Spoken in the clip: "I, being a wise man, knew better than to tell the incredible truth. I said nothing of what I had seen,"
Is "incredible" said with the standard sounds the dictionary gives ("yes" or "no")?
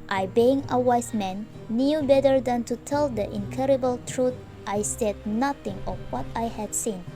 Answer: no